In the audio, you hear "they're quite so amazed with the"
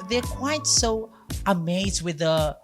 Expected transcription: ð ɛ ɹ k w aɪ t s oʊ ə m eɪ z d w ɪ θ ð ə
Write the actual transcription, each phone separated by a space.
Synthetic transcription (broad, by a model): ð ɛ ɹ k w aɪ t s oʊ ə m eɪ z d w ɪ ð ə